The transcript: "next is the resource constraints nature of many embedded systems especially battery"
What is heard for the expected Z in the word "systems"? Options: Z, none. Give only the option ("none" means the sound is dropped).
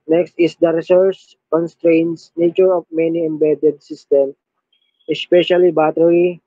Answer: none